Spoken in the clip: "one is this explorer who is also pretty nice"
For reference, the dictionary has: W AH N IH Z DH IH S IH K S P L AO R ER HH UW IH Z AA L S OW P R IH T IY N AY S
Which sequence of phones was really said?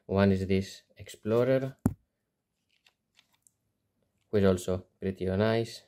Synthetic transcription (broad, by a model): W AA N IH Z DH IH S IH K S P L AO R ER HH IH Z AA L S OW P R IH T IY N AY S